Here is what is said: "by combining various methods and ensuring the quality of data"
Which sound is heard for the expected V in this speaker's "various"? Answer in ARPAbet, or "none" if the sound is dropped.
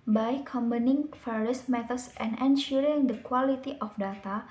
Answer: F